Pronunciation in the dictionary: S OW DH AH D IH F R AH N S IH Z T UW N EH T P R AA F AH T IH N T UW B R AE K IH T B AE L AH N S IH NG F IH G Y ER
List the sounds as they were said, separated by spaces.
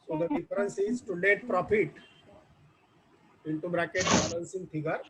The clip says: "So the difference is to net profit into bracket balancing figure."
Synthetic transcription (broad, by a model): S OW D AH D IH F R AH N S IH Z T UW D EH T P R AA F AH T IH N T UW B R AE K IH T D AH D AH N S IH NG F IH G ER